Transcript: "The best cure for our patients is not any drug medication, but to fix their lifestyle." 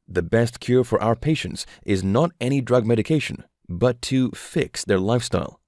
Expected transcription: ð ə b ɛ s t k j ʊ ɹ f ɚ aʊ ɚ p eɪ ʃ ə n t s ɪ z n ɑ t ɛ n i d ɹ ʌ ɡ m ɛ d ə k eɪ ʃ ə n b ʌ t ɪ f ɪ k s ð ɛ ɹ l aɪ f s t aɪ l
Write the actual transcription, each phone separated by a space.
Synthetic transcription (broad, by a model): ð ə b ɛ s t k j ʊ ɹ f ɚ aʊ ɚ p eɪ ʃ ə n t s ɪ z n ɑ t ɛ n i d ɹ ʌ ɡ m ɛ d ə k eɪ ʃ ə n b ʌ t ɪ f ɪ k s ð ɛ ɹ l aɪ f s t aɪ l